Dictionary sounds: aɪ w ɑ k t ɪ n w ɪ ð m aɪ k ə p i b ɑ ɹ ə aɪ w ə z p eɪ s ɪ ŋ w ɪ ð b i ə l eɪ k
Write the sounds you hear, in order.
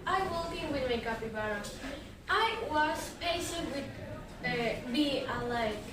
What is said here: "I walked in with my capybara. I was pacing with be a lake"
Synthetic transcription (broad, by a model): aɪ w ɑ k ɪ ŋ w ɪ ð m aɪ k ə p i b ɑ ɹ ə aɪ w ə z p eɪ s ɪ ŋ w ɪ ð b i ə l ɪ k